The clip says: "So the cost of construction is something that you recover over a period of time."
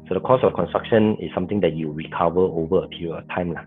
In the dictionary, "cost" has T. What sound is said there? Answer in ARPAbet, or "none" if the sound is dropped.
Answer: none